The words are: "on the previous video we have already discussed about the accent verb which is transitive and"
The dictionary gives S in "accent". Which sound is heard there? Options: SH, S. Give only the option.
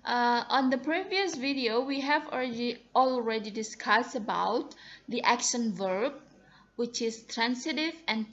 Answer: SH